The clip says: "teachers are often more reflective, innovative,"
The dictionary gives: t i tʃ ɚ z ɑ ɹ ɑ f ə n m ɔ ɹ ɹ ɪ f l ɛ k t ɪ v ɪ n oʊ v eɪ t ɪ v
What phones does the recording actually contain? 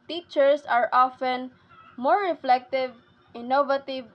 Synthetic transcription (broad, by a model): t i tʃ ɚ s ɑ ɹ ɑ f ə n m ɔ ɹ ɹ ɪ f l ɛ k t ɪ v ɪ n oʊ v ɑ t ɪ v